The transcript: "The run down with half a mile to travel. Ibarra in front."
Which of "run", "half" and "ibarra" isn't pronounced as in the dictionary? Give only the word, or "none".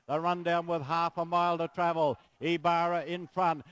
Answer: none